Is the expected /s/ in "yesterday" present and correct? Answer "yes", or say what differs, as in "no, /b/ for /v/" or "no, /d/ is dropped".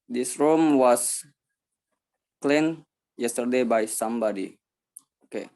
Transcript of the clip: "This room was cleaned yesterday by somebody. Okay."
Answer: yes